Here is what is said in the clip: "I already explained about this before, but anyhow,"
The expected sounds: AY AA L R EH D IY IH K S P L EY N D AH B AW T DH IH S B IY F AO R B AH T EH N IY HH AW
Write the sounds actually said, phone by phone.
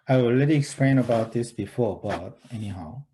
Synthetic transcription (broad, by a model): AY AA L L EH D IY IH K S P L EY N AH B AW T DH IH S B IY F AO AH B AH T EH N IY HH AW